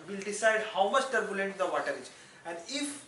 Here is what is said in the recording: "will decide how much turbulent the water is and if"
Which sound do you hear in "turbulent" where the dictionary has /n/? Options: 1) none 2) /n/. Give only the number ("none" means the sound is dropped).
2